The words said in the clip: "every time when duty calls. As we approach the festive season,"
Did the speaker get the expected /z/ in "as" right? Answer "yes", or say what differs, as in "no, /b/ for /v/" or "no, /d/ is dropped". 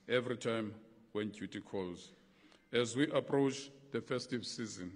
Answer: yes